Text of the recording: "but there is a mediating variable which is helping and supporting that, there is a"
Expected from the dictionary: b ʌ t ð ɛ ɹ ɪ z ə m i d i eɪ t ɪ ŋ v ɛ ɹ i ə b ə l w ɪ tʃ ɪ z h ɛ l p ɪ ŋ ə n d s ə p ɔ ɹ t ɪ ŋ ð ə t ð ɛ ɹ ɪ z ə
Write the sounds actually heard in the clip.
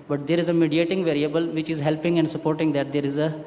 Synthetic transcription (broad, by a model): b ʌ t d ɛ ɹ ɪ z ə m i d i eɪ t ɪ ŋ v ɛ ɹ i ə b ə l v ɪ tʃ ɪ z h ɛ l p ɪ ŋ ə n d s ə p ɔ ɹ t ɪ ŋ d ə t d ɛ ɹ ɪ z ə